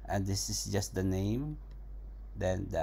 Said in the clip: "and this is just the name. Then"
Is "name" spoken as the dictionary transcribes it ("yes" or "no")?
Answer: yes